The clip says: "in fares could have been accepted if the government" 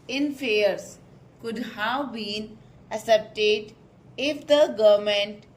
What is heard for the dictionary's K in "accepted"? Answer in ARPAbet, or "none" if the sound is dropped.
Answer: none